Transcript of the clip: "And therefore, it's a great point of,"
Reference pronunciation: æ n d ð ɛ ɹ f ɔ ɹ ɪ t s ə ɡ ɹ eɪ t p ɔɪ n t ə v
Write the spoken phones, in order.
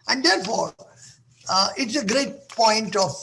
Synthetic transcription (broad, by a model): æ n d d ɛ ɹ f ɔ ɹ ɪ t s ə ɡ ɹ eɪ t p ɔɪ n t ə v